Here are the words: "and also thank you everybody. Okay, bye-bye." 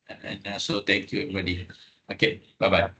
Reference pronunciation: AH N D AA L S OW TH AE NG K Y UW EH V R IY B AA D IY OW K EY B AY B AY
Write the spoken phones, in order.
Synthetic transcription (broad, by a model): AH N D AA S OW T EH NG K Y UW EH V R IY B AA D IY OW K EY B AY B AY